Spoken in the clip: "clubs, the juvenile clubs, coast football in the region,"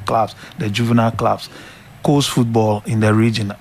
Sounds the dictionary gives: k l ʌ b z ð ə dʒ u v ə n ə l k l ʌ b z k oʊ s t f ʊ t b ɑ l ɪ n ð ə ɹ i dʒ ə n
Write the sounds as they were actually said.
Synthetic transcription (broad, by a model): k l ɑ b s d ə dʒ u v ə n ə l k l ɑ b s k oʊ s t f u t b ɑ l ɪ n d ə ɹ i dʒ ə n